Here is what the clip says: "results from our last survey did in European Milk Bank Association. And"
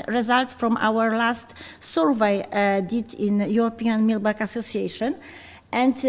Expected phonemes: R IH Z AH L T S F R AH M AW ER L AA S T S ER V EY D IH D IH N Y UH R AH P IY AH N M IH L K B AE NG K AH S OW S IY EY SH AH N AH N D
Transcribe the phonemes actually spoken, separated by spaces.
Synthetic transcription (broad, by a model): R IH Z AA L T S F R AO M AW ER L AA S T S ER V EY D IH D IH N Y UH R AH P IY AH N M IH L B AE K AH S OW S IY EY SH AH N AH N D